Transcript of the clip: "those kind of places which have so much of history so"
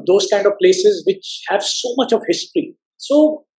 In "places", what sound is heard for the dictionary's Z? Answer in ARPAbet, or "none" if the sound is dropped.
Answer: Z